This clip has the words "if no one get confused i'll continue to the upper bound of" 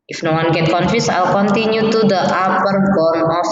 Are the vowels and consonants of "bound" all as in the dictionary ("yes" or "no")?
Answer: no